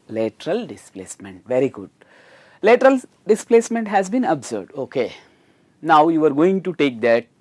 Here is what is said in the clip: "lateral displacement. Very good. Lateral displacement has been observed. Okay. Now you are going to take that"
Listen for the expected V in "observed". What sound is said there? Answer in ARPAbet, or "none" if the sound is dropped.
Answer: none